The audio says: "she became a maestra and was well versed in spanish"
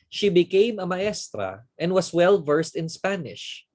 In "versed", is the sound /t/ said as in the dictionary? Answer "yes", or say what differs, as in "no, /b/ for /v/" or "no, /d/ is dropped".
yes